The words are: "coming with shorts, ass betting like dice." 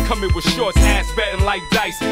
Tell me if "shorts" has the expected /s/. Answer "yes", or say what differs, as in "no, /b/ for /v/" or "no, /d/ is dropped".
no, /s/ is dropped